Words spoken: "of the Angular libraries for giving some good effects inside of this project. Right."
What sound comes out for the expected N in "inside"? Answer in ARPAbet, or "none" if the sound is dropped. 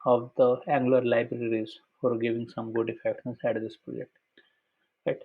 none